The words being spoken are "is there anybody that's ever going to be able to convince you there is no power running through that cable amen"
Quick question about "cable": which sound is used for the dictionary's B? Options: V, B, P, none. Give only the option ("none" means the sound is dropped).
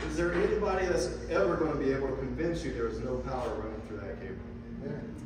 none